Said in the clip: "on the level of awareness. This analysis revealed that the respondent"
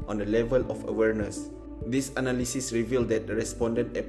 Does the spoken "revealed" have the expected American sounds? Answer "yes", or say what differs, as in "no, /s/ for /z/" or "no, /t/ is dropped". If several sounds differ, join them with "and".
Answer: yes